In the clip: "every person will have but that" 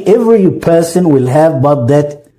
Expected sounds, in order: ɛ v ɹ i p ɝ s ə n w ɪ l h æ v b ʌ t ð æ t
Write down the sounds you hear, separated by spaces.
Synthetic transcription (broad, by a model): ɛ v ɹ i p ɝ s ə n w ɪ l h æ v b ʌ t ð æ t